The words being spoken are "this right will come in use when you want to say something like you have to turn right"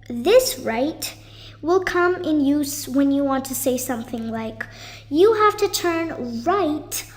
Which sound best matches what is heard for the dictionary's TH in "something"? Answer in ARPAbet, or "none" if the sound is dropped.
TH